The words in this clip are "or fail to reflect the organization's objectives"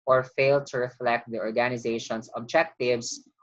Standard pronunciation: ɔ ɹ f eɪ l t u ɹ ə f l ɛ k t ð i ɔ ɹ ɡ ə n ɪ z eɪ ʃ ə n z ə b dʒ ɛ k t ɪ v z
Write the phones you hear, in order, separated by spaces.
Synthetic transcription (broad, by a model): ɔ ɹ f eɪ l t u ɹ ə f l ɛ k t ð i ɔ ɹ ɡ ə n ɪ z eɪ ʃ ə n s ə b dʒ ɛ k t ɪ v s